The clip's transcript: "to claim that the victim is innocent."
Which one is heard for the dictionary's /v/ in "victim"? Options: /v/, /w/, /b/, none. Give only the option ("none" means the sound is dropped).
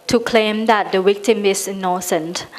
/w/